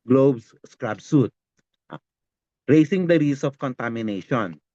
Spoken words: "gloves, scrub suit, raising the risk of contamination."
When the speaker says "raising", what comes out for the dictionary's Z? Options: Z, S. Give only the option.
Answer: S